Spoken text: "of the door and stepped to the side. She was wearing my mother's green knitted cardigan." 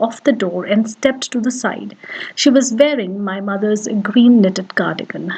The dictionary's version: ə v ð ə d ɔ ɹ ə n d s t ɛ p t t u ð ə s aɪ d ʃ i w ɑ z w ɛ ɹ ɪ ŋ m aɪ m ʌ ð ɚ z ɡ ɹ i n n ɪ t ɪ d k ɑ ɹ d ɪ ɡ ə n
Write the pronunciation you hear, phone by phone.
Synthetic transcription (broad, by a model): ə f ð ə d ɔ ɹ ə n d s t ɛ p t t u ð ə s aɪ d ʃ i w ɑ z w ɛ ɹ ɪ ŋ m aɪ m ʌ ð ɚ z ɡ ɹ i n n ɪ t ɪ d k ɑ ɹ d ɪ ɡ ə n